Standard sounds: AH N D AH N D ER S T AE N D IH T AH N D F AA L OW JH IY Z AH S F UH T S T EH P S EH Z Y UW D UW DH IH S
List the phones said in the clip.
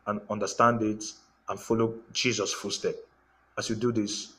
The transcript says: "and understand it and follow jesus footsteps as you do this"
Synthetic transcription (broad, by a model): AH N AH N D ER S T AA N D IH T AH N F AA L OW JH IY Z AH S F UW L S T EH P AA S Y UW D UW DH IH S